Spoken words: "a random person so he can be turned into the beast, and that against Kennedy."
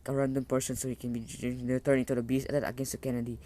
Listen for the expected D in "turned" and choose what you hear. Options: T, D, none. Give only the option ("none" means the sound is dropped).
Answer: none